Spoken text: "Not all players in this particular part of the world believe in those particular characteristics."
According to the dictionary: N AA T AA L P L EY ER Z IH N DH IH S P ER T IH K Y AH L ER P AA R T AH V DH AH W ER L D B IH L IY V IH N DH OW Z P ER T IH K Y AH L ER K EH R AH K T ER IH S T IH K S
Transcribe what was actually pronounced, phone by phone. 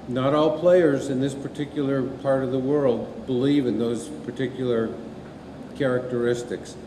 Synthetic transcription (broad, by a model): N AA T AA L P L EY ER Z IH N DH IH S P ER T IH K Y L ER P AA R T AH V DH AH W ER L D B IH L IY V IH N DH OW Z P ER T IH K Y L ER K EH R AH K T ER IH S T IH K S